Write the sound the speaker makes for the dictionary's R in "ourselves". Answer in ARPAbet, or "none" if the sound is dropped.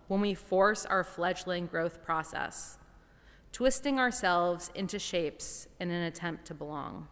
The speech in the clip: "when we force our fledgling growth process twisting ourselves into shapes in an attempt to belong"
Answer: R